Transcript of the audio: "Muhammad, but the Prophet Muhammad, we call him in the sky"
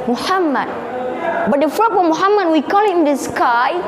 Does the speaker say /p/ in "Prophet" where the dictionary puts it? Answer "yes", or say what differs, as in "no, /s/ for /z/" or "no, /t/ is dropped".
no, /f/ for /p/